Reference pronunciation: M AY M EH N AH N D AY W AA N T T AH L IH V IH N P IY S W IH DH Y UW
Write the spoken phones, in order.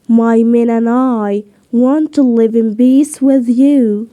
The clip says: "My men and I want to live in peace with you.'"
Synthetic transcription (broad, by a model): M AY M EH N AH N AY W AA N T T AH L IH V IH N B IY S W IH DH Y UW